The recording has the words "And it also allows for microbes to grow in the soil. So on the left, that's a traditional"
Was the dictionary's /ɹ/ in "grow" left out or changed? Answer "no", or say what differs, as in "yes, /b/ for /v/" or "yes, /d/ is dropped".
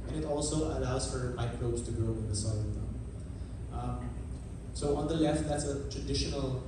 yes, /ɹ/ is dropped